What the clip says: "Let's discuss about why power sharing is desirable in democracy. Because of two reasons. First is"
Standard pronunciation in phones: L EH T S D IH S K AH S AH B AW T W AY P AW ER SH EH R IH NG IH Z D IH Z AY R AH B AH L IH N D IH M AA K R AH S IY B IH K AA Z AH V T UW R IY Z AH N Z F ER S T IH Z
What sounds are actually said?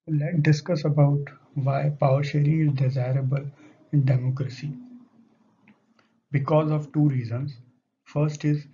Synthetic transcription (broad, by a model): L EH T D IH S K AH S AH B AW T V AY P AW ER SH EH R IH IH Z D IH Z AY R AH B AH L IH N D IH M AA K R AH S IY B IH K AA Z AH V T UW R IY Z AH N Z F ER S T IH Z